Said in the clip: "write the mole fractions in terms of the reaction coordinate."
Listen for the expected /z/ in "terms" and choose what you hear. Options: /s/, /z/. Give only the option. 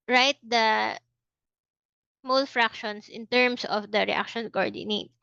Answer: /s/